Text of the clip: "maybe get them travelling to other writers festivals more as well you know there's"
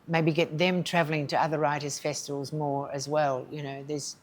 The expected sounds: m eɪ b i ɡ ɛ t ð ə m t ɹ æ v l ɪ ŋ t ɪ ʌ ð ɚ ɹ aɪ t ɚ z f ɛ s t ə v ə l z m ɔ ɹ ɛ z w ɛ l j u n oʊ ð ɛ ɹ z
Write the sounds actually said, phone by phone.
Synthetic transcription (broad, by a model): m eɪ b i ɡ ɛ t ð ə m t ɹ æ v l ɪ ŋ t ɪ ʌ ð ɚ ɹ aɪ t ɚ z f ɛ s t ə v ə l z m ɔ ɹ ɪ z w ɛ l j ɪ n oʊ ð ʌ ɹ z